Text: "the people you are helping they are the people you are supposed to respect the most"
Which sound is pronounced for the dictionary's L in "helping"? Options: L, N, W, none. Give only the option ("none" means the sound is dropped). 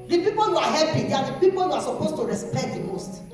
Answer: none